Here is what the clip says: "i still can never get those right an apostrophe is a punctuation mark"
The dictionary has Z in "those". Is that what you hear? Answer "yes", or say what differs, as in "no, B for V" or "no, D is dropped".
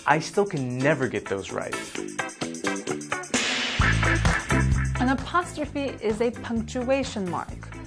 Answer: yes